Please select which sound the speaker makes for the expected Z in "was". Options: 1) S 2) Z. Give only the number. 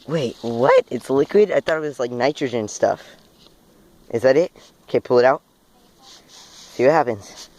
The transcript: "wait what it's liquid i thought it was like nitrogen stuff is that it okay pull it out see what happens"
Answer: 1